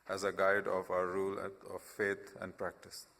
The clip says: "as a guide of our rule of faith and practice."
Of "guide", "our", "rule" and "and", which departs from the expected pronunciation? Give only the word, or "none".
none